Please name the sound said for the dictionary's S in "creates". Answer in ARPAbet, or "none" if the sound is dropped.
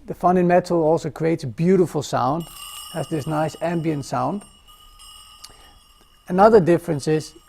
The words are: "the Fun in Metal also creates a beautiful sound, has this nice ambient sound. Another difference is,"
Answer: S